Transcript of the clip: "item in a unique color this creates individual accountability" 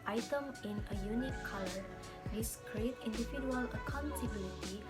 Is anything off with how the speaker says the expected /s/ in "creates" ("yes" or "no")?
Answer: yes